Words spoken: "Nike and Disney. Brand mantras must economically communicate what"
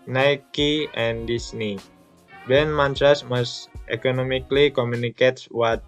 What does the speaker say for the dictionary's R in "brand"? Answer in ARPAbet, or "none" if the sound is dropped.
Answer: none